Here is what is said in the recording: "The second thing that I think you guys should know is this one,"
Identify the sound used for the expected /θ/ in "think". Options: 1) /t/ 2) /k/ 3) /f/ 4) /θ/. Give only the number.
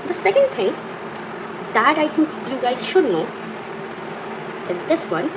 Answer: 1